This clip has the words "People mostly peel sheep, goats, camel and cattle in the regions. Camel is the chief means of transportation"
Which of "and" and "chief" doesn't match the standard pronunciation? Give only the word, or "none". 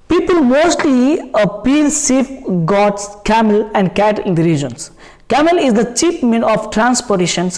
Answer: chief